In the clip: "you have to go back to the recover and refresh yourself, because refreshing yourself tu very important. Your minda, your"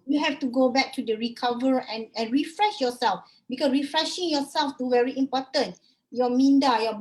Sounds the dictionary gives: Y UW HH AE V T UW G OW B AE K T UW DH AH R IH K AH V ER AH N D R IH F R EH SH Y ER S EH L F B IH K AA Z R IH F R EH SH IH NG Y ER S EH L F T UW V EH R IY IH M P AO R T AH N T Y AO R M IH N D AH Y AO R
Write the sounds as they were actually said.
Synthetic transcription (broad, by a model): Y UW HH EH F T UW G OW B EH K T UW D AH R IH K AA V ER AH N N R IH F R EH SH Y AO S EH L F B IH K AA S R IH F R EH SH IH NG Y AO S EH L F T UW V EH R IY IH M P AO T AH N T Y AO M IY N D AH Y AO